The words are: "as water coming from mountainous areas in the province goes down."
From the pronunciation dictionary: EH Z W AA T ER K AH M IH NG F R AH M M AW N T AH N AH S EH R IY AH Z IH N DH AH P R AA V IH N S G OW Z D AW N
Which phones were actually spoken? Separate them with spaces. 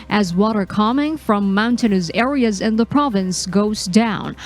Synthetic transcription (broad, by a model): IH Z W AA T ER K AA M IH NG F R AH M M AW N T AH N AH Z EH R IY AH Z IH N DH AH P R AA V IH N S G OW Z D AW N